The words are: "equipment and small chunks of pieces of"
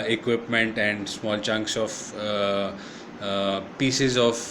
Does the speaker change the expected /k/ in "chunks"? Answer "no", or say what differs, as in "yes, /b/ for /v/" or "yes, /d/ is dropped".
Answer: no